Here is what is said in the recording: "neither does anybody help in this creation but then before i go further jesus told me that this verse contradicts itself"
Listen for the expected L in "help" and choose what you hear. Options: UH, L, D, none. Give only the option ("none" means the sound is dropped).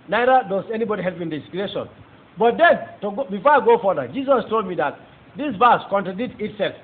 L